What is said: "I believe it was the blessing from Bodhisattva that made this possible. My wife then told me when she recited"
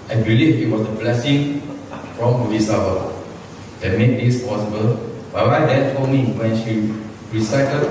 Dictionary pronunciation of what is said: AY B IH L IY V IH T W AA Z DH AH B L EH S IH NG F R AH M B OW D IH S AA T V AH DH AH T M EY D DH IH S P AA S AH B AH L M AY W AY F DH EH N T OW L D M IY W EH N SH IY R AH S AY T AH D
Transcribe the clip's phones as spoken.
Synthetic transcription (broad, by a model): AY B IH L IY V IH T W AA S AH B L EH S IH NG F R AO M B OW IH S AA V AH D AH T M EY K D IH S P AA S AH B AH L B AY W AY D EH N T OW D M IY W EH N SH IY R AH S AY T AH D